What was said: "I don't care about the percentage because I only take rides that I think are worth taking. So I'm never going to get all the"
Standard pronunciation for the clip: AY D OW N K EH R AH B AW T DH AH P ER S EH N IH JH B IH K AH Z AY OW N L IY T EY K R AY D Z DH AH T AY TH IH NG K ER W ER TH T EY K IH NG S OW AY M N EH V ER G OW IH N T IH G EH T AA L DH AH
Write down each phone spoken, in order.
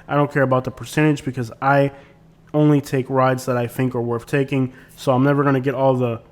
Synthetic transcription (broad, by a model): AY D OW N K EH R AH B AW T DH AH P ER S EH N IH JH B IH K AH Z AY OW N L IY T EY K R AY D Z DH AH T AY TH IH NG K ER W ER TH T EY K IH NG S OW AY M N EH V ER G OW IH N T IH G EH T AA L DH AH